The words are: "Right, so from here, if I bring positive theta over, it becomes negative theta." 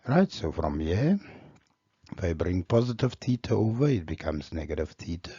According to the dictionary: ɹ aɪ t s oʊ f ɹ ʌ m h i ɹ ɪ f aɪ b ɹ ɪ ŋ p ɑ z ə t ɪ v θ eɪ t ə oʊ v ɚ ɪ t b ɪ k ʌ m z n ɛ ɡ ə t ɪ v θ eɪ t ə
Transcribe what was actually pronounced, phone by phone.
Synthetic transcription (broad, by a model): ɹ aɪ t s oʊ f ɹ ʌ m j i ɪ f aɪ b ɹ ɪ ŋ p ɑ z ə t ɪ v t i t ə oʊ v ɚ ɪ t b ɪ k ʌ m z n ɛ ɡ ə t ɪ v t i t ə